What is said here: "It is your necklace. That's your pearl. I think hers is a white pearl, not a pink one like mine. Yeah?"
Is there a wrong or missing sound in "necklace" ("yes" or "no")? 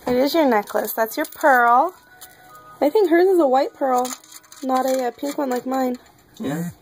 no